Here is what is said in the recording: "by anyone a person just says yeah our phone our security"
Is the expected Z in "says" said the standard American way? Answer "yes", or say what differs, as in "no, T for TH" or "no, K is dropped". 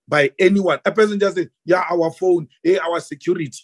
no, Z is dropped